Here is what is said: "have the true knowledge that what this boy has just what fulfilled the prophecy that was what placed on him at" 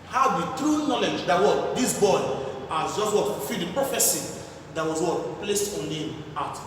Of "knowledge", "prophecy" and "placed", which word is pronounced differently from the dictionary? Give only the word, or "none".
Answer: none